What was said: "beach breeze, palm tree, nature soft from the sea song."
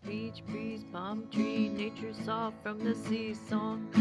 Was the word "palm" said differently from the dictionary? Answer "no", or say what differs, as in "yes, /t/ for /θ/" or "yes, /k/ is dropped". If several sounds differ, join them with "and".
yes, /b/ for /p/